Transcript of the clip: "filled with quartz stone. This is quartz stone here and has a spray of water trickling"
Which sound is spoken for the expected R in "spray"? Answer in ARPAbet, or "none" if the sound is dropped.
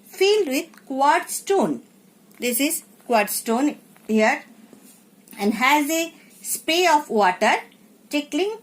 none